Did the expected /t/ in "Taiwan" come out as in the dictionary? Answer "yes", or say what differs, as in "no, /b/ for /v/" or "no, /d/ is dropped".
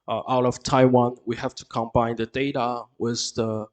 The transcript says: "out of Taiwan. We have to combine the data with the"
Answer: yes